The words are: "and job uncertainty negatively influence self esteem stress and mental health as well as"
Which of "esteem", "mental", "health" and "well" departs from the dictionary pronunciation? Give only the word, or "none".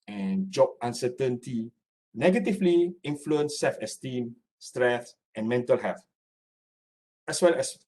health